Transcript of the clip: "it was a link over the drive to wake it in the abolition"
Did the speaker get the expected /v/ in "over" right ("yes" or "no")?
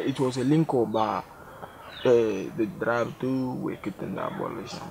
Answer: no